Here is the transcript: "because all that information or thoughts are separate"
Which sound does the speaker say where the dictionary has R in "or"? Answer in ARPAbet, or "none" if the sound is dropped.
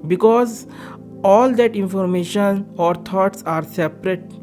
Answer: R